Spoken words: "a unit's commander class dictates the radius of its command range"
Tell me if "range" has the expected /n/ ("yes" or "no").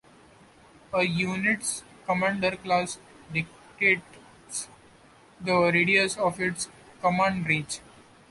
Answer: no